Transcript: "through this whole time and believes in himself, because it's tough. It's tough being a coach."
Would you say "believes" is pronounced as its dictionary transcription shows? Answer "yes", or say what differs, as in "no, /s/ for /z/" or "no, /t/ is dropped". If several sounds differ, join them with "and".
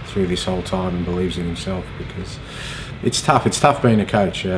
yes